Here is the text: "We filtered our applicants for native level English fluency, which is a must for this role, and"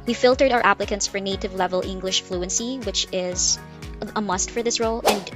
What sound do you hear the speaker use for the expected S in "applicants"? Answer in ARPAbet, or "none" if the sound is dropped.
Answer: S